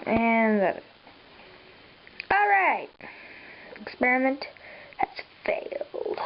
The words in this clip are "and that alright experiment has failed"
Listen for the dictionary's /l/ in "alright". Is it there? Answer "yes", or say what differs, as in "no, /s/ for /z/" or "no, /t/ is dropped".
yes